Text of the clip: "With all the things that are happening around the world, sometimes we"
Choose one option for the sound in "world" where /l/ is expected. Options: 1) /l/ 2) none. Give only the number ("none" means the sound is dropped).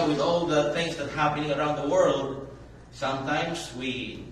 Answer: 1